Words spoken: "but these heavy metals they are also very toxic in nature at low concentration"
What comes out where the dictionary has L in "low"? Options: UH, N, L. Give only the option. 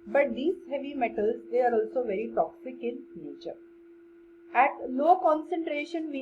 N